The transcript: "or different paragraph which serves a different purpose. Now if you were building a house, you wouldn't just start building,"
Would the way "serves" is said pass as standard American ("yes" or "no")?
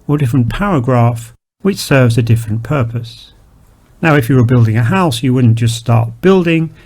yes